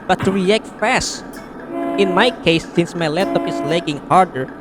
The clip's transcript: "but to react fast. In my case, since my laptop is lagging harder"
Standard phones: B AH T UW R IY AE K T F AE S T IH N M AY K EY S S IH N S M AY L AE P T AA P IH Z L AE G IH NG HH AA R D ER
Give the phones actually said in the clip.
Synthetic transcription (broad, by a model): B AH T UW R IY AE K T F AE S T IH N M AY K EY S S IH N S M AY L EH T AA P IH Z L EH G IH NG HH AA R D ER